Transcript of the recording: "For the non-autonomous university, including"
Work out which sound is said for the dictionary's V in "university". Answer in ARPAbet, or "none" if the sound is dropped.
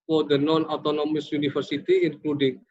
F